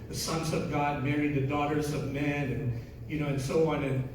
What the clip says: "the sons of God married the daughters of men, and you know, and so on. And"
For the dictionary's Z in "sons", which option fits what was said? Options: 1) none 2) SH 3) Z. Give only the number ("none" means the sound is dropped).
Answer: 3